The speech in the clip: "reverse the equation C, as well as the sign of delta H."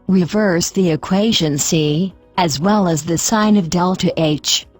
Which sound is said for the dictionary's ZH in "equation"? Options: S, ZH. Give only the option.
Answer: ZH